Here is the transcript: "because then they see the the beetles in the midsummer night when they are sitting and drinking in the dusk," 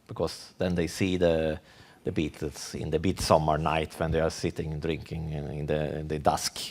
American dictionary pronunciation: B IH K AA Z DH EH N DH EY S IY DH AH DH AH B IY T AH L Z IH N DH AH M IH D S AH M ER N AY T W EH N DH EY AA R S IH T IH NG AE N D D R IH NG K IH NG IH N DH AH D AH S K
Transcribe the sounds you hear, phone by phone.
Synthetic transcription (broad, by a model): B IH K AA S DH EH N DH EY S IY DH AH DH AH B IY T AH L S IH N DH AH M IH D S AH M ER N AY T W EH N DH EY AA R S IH T IH NG N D D R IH NG K IH NG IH N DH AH D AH S K